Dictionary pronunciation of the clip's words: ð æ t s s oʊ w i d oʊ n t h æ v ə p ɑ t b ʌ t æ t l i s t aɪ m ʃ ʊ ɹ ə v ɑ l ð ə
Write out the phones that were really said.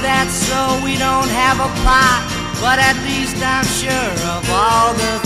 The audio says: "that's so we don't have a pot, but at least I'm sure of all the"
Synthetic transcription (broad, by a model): ð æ t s s oʊ w i d oʊ n t h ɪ v ə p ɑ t b ʌ t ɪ t l i s t aɪ m ʃ ʊ ɹ ə v ɑ l ð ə